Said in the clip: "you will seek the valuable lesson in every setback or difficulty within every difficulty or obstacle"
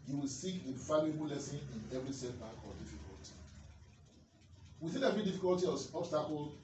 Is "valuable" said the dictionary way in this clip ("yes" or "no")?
no